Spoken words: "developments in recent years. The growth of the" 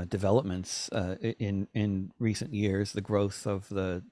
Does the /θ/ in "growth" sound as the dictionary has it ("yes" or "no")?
yes